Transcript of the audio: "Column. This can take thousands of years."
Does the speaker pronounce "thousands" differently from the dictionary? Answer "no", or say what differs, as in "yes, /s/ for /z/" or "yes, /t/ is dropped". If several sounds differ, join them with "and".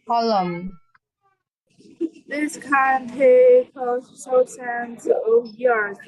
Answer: yes, /s/ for /θ/ and /s/ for /z/